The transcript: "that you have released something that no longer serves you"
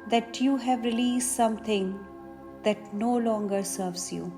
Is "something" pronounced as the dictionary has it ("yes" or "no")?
no